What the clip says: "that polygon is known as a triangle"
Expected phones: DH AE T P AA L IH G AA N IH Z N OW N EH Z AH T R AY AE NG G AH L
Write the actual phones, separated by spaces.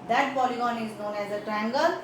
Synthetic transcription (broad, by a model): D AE T P AA L IH G AA N IH Z N OW N EH Z AH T R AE NG G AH L